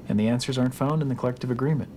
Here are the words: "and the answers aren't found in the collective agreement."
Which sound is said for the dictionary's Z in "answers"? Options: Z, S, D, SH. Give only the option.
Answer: Z